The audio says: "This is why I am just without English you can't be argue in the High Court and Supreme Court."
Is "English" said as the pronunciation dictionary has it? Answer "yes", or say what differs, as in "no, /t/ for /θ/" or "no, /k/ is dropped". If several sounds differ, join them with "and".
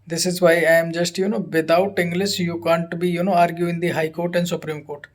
no, /s/ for /ʃ/